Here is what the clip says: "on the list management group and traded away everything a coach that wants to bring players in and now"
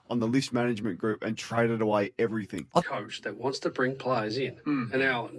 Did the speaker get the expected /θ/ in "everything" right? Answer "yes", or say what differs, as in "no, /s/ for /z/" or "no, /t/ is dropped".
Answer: yes